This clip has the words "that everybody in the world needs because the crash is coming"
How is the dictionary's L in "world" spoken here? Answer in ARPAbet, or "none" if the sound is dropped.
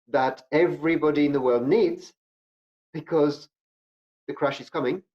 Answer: L